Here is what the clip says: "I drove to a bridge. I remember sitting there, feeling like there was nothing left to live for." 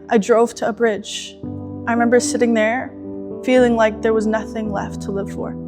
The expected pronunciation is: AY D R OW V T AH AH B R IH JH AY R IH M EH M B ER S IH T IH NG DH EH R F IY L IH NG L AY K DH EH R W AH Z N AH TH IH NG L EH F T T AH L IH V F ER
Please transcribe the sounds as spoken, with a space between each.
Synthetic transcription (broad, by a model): AY D R OW V T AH AH B R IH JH AY R IH M EH M B ER S IH T IH NG DH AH R F IY L IH NG L AY K DH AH R W AH Z N AH TH IH NG L EH F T T AH L IH V F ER